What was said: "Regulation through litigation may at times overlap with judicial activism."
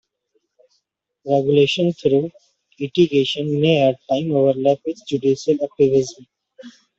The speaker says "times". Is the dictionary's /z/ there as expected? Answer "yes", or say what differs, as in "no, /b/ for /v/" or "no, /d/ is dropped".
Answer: no, /z/ is dropped